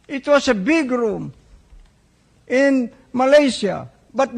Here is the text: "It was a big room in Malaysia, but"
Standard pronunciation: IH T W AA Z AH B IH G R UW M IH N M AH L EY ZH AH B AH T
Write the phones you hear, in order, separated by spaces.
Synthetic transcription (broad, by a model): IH T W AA S AH B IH G R UW M IH N M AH L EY S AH B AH T